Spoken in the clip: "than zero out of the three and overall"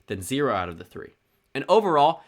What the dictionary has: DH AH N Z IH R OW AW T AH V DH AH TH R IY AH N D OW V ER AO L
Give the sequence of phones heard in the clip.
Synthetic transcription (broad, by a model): DH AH N Z IH R OW AW T AH V DH AH TH R IY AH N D OW V ER AO L